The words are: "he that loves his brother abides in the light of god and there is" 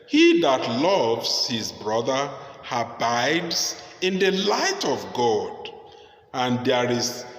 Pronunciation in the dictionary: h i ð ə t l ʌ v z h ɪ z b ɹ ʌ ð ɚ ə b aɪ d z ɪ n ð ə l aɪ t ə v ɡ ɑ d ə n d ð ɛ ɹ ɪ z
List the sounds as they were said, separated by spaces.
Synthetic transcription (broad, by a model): h i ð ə t l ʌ v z h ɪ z b ɹ ʌ ð ɚ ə b aɪ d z ɪ n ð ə l aɪ t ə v ɡ ɑ d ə n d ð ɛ ɹ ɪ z